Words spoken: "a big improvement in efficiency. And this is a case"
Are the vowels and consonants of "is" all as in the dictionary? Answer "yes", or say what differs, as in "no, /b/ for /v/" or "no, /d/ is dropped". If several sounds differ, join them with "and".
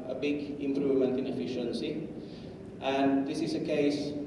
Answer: no, /s/ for /z/